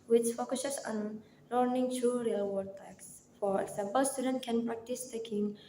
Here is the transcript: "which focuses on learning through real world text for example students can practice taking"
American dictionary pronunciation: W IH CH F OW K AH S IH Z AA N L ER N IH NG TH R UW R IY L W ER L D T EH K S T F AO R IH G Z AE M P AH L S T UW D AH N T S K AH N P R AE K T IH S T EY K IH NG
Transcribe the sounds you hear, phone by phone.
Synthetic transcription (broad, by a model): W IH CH F OW K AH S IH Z AA N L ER N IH NG T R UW R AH L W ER D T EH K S F AO R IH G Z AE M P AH L S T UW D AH N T K AH N P R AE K T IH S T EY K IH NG